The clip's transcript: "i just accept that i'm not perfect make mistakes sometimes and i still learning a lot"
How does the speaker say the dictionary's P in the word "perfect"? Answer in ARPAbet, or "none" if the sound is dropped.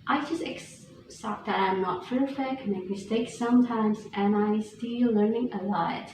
F